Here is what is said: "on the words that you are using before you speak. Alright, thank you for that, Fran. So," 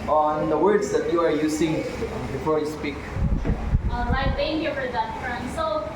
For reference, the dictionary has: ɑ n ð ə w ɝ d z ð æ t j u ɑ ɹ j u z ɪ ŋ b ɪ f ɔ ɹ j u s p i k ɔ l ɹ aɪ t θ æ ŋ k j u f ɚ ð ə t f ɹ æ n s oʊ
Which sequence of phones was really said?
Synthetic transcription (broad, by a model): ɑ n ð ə w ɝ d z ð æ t j u ɑ ɹ j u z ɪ ŋ b ɪ f ɔ ɹ j u s p i k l aɪ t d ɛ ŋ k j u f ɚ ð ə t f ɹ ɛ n s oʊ